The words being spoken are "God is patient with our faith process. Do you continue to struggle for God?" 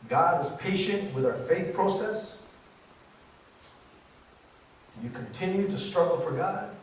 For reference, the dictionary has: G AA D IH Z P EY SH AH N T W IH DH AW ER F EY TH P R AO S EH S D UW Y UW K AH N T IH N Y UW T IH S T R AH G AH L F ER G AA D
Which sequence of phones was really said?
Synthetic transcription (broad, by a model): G AA D IH Z P EY SH AH N T W IH DH AW ER F EY TH P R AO S EH S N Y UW K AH N T IH N Y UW T IH S T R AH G L F ER G AA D